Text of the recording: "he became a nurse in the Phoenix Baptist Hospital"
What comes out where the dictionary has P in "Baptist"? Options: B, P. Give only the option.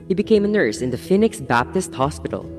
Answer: P